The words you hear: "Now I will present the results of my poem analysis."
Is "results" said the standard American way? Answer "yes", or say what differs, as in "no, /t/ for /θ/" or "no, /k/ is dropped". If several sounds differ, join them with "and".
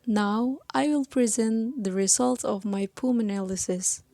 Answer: no, /s/ is dropped